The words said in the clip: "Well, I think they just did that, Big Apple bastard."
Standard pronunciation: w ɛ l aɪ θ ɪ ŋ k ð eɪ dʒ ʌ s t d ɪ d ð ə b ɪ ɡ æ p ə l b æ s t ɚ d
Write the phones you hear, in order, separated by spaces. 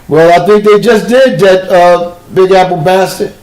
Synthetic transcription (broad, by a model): w ɛ l aɪ θ ɪ ŋ k ð eɪ dʒ ʌ s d ɪ d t ə b ɪ ɡ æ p l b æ s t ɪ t